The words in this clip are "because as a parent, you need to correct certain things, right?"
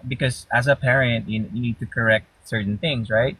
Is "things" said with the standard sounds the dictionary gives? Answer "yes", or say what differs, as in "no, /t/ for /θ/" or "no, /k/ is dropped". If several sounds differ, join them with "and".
yes